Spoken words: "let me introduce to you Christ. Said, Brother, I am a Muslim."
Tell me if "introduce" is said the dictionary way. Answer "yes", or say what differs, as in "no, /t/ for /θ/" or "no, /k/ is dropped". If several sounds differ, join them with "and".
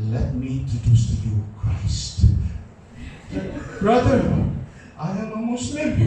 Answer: no, /ɹ/ is dropped